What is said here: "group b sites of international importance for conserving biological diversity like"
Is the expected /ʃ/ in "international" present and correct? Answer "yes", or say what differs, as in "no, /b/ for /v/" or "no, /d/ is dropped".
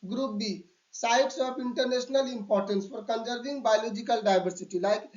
no, /s/ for /ʃ/